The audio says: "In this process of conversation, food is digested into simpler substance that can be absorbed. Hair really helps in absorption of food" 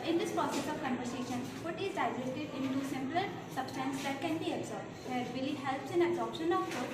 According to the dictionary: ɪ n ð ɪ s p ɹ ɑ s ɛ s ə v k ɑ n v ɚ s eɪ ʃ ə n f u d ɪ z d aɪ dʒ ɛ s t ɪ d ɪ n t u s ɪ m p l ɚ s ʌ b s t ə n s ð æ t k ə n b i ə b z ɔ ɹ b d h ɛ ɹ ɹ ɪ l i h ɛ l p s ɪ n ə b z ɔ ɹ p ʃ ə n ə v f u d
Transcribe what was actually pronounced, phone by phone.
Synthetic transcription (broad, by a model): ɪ n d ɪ s p ɹ ɑ s ɛ s ə v k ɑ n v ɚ s eɪ ʃ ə n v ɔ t ɪ z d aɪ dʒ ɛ t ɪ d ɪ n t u s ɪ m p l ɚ s ʌ b s t ə n s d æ t k ə n b i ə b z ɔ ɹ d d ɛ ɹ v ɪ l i h ɛ l p s ɪ n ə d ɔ p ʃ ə n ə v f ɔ